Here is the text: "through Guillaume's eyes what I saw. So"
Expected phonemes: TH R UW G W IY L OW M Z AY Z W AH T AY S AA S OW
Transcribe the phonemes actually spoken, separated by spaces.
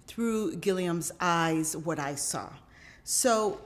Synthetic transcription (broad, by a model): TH R UW G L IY OW M Z AY Z W AH T AY S AA S OW